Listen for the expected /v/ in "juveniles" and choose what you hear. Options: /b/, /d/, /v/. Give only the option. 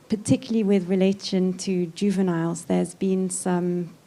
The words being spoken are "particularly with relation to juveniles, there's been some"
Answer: /v/